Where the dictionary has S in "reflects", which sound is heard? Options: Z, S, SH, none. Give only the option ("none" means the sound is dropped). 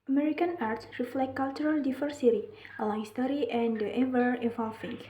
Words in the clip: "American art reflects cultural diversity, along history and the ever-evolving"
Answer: none